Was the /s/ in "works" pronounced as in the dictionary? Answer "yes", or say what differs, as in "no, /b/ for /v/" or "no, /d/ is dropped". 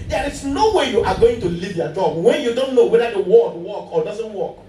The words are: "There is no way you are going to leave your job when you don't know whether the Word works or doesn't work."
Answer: no, /s/ is dropped